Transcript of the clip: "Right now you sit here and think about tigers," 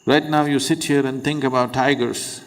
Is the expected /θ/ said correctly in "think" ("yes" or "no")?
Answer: no